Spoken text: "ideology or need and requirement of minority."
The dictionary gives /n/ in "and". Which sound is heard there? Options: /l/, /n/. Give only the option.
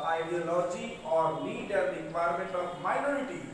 /l/